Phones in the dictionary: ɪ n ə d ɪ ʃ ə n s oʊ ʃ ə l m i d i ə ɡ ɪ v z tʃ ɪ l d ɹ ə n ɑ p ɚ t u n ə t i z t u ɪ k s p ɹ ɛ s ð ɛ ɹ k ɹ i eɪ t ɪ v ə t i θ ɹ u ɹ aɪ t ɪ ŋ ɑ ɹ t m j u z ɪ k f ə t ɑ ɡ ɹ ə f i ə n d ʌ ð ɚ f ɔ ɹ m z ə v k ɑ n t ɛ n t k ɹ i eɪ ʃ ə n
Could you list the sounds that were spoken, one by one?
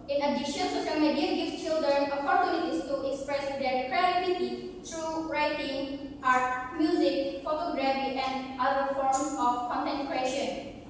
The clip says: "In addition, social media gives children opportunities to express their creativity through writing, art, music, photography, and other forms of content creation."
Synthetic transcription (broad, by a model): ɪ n ə d ɪ ʃ ə n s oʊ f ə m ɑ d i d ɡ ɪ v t tʃ ɪ l d ɹ ə n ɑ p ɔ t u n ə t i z t u ɪ k s p ɹ ɛ s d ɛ ɹ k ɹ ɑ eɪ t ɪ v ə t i t ɹ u ɹ aɪ t ɪ ŋ ɑ ɹ t m j u z ɪ k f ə t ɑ ɡ ɹ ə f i ə n d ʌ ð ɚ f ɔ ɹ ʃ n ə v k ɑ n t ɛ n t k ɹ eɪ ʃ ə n